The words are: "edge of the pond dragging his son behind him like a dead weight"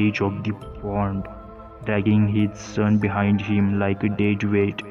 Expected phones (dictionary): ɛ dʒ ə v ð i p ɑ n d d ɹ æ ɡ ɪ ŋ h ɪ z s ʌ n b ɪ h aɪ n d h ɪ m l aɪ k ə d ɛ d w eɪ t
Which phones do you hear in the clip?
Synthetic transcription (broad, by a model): ɛ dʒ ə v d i f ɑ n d d ɹ æ ɡ ɪ ŋ h ɪ z s ʌ n b ɪ h aɪ n d h ɪ m l aɪ k ə d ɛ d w eɪ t